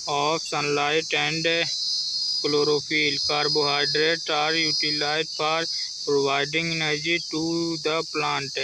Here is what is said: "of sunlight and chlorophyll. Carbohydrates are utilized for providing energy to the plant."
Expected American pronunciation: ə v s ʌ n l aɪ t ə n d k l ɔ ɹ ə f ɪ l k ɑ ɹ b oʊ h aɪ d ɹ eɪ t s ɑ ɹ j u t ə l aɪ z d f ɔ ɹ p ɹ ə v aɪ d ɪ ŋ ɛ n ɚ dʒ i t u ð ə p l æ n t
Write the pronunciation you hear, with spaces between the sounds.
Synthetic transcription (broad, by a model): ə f s ʌ n l aɪ t ə n d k l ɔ ɹ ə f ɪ l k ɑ ɹ b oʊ h aɪ d ɹ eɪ t ɑ ɹ j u t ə l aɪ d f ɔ ɹ p ɹ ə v aɪ d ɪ ŋ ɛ n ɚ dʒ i t u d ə p l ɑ n t